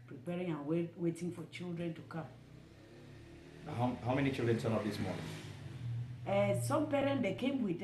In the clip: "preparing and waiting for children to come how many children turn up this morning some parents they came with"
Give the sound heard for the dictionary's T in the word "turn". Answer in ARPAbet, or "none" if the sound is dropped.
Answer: S